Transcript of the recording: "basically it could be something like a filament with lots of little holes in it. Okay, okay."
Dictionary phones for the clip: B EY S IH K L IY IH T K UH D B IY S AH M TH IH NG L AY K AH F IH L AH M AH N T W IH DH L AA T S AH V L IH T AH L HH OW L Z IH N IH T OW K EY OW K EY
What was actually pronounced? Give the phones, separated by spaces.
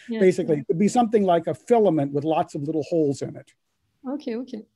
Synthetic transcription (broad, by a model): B EY S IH K L IY IH T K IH D B IY S AH M TH IH NG L AY K AH F IH L AH M AH N T W IH DH L AA T S AH V L IH T L HH OW L Z IH N IH T OW K EY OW K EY